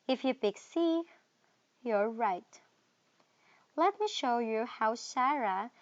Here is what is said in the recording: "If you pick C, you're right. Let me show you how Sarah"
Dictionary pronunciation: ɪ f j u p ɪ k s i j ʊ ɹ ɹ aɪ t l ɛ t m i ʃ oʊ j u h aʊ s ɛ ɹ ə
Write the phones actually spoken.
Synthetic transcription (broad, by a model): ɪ f j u b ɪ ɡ s i j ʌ ɹ ɹ aɪ t l ɛ t m i ʃ oʊ j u h aʊ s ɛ ɹ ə